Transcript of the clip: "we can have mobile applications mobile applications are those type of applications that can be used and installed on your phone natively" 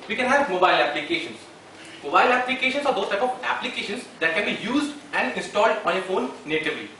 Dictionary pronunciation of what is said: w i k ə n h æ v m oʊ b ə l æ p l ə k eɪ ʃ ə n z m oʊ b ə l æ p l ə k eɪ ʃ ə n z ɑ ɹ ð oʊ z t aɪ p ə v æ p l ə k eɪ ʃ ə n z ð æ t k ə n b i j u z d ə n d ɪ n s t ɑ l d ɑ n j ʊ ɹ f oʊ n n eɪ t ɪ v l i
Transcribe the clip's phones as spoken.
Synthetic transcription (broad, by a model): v i k ə n h æ v m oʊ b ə l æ p l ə k eɪ ʃ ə n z m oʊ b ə l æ p l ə k eɪ ʃ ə n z ɑ ɹ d oʊ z t aɪ p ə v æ p l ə k eɪ ʃ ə n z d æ t k ə n b i j u z d ə n d ɪ n s t ɑ l d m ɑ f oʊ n n eɪ t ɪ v l i